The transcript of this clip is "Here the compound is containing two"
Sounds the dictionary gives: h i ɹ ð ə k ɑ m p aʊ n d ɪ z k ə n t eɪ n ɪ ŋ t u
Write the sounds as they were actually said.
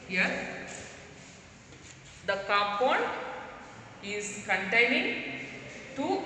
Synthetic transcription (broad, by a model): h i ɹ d ə k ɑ p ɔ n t ɪ z k ə n t eɪ n ɪ ŋ t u